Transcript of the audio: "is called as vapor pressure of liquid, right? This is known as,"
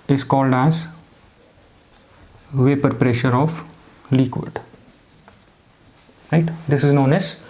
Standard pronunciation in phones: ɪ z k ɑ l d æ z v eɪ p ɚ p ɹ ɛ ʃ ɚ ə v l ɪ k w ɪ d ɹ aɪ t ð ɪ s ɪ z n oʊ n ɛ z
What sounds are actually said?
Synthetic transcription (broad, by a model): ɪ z k ɑ l d æ z v eɪ p ɚ p ɹ ɛ ʃ ɚ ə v l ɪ k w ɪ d ɹ aɪ t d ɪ s ɪ z n oʊ n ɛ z